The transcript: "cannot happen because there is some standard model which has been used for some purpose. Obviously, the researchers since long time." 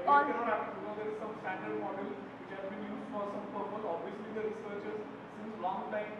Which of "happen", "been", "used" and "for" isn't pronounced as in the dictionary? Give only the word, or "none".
happen